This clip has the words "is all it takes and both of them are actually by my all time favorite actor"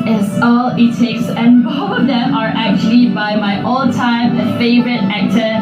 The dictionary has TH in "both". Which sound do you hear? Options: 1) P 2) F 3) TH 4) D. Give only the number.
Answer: 2